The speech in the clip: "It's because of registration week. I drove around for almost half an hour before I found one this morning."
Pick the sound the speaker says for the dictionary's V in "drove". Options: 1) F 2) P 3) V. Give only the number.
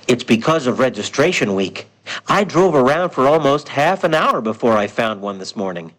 3